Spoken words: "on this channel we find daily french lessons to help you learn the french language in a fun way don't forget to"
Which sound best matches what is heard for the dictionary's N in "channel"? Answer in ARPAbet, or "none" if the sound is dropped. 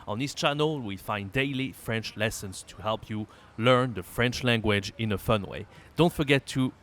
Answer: N